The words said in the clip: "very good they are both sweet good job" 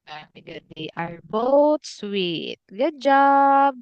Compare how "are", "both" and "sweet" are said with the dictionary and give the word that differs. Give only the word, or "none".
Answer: both